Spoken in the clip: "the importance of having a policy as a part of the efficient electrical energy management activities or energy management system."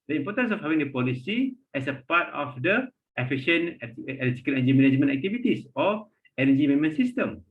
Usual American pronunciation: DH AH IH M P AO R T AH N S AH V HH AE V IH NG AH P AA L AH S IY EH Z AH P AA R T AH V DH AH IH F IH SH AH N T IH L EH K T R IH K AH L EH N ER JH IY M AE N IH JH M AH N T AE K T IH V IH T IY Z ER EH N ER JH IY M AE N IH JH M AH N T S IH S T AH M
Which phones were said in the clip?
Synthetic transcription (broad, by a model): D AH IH M P AO T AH N S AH F HH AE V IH NG AH P AA L AH S IY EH S AH P AA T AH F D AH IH F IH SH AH N IH EH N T IH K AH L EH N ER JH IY M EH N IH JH M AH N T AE K T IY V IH T IY S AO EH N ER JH IY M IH M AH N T S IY S T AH M